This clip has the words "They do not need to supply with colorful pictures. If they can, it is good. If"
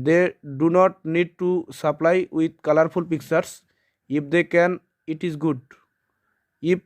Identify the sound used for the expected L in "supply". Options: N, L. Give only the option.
L